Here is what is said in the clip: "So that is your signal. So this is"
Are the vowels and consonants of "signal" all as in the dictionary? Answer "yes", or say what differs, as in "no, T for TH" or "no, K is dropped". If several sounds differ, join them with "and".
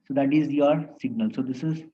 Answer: yes